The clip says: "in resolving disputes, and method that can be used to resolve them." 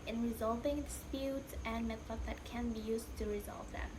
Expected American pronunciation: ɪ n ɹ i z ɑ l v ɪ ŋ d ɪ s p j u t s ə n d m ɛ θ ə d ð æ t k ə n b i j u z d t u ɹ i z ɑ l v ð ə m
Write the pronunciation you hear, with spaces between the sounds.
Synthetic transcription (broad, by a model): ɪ n ɹ i z ɑ l v ɪ ŋ d ɪ s p j u t s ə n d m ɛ f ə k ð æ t k ə n b i j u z t u ɹ i z ɑ l v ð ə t